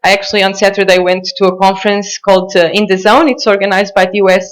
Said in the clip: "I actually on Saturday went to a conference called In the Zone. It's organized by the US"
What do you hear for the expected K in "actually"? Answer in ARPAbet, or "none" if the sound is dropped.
K